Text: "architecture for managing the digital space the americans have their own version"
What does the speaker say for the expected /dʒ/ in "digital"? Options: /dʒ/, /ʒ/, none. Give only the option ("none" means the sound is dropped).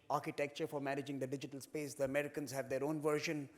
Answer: /dʒ/